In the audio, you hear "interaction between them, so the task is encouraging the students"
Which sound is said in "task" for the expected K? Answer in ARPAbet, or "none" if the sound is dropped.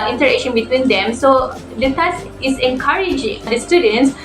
none